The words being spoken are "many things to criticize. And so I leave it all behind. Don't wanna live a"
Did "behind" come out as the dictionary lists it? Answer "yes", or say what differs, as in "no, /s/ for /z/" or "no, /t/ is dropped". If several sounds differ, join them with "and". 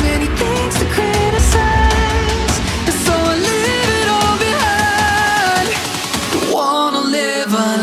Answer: no, /n/ is dropped